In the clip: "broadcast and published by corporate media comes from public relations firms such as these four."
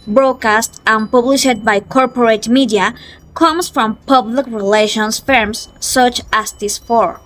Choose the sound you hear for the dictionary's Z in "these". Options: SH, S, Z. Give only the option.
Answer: S